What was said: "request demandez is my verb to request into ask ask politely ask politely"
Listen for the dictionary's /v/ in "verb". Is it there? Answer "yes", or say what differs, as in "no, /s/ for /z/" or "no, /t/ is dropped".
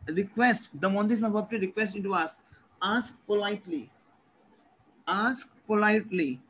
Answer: no, /p/ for /v/